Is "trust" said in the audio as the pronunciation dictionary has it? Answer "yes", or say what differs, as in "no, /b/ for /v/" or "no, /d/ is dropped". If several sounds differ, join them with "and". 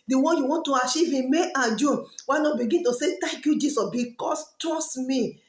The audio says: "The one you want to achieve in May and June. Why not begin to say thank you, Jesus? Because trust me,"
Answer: no, /ɹ/ is dropped